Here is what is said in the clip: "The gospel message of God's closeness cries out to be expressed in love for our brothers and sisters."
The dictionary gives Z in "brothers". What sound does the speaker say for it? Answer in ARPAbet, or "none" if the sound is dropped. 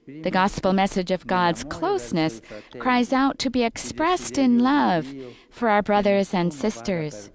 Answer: Z